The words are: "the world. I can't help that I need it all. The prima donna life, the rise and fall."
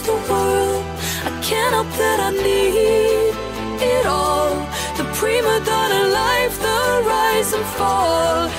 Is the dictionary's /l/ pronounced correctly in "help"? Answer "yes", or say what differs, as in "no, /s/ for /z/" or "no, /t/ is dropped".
no, /l/ is dropped